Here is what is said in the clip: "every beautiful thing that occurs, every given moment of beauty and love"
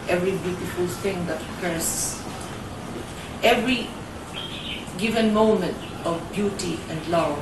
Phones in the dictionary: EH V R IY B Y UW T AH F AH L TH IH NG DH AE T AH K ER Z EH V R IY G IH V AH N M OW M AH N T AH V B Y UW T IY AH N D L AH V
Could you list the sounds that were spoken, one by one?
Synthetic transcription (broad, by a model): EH V R IY B Y UW T AH F AH L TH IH NG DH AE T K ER S EH V R IY G IH V AH N M OW M AH N T AH V B Y UW T IY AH N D L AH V